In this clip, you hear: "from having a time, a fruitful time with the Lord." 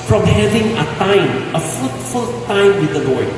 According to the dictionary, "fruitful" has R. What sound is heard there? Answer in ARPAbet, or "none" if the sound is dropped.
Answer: none